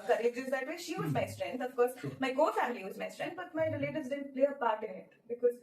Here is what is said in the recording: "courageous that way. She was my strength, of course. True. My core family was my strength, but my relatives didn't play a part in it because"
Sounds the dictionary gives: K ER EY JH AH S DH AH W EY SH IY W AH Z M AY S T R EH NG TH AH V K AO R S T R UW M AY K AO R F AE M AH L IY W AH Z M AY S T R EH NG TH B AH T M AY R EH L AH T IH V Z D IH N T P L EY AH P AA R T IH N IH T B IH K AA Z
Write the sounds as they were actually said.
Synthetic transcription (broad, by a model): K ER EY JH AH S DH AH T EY SH IY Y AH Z M AY S T R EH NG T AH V K AO R S M AY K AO L F AE M AH L IY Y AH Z M AY S T R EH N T B AH T M AY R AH L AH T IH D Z D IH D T P L EY AH P AA R T IH N IH T B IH K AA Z